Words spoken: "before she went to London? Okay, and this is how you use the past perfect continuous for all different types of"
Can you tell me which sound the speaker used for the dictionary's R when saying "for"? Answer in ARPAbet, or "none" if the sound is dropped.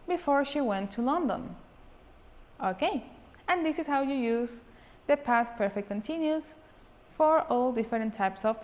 R